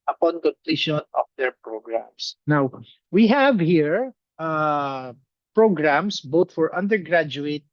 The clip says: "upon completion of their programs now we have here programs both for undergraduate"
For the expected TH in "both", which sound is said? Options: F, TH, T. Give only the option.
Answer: T